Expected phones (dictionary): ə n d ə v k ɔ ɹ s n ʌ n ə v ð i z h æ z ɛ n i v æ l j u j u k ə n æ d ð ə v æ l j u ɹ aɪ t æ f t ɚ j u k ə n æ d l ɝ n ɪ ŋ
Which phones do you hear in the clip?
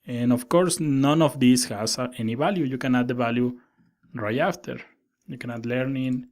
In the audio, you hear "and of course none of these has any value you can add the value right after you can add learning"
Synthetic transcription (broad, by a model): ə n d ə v k ɔ ɹ s n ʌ n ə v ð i s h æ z ɛ n i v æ l j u j u k ə n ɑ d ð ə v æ l j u ɹ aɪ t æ f t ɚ j u k ə n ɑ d l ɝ n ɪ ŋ